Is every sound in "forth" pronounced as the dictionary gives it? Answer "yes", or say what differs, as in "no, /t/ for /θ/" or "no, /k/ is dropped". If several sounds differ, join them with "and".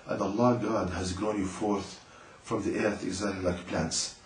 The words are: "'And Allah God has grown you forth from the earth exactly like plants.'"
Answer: yes